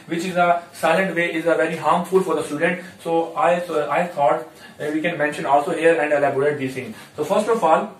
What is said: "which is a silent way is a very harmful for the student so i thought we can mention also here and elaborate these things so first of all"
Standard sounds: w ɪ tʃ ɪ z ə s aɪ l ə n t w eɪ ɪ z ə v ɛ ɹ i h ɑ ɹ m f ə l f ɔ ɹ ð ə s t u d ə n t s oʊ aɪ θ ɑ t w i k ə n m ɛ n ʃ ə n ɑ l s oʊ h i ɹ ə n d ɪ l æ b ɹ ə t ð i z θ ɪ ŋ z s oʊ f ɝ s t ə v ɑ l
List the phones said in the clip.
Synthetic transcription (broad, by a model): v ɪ tʃ ɪ z ə s aɪ l ə n t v eɪ ɪ z ə v ɛ ɹ i h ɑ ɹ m f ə l f ɔ ɹ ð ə s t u d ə n t s oʊ aɪ s ɑ t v i k ə n m ɛ n ʃ ə n ɑ l s oʊ h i ɹ ə n d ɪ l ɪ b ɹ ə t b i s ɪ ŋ s oʊ f ɝ s t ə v ɑ l